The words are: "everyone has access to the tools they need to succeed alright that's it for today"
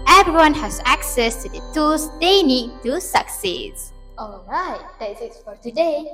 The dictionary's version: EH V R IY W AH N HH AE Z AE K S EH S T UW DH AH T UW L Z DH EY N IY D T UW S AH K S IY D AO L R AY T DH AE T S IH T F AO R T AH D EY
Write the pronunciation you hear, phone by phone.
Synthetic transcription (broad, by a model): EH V R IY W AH N HH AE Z AE K S EH S T UW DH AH T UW L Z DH EY N IY D T UW S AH K S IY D AO L R AY T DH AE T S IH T F AO R T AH D EY